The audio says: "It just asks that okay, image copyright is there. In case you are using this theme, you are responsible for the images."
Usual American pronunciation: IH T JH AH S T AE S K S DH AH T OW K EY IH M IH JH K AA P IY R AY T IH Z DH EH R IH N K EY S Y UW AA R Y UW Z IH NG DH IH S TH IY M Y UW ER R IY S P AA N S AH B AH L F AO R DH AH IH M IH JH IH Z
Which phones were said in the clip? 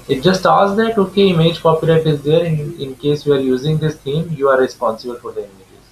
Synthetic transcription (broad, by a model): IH T JH AH S T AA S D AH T OW K EY IH M IH JH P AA P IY L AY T IH Z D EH R IH N K EY S Y UW AA R Y UW Z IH NG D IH S T IY M Y UW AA R IY S P AA N S AH B AH L F AO R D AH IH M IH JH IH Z